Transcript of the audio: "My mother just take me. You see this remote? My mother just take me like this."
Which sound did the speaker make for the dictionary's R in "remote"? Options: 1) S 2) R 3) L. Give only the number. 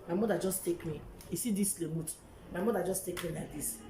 3